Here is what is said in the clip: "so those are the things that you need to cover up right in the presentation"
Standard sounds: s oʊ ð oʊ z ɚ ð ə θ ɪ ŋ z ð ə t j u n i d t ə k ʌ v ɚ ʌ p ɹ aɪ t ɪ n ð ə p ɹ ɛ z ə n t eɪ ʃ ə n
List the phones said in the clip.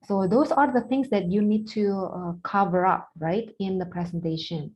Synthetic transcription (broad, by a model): s oʊ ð oʊ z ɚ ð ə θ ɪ ŋ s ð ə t j u n i d t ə k ʌ v ɚ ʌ p ɹ aɪ t ɪ n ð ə p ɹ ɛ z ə n t eɪ ʃ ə n